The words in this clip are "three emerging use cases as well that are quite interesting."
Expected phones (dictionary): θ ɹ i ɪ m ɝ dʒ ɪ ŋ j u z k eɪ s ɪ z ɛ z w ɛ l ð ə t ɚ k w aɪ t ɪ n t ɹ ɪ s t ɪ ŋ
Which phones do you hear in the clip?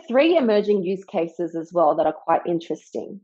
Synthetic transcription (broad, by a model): θ ɹ i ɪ m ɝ dʒ ɪ ŋ j u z k eɪ s ɪ z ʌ z w ɛ l ð ə t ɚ k w aɪ t ɪ n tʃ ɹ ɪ s t ɪ ŋ